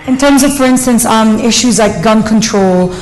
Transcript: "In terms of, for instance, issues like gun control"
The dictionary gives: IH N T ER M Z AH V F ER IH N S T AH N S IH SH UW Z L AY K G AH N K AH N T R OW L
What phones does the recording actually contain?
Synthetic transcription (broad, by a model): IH N T ER M Z AH V F ER IH N S T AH N S IH SH UW Z L AY K G AH N K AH N T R OW L